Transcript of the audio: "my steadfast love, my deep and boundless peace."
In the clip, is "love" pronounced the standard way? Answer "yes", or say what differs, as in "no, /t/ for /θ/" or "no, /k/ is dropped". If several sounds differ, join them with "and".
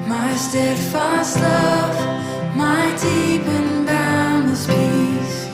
no, /f/ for /v/